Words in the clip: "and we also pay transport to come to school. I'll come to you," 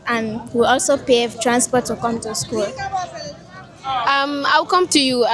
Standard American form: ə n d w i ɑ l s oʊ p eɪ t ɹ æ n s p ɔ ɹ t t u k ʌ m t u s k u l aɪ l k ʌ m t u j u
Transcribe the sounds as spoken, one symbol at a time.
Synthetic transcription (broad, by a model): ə n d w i ɑ l s oʊ p eɪ t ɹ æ n s p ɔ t t u k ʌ m t u s k u l aɪ w k ʌ m t u j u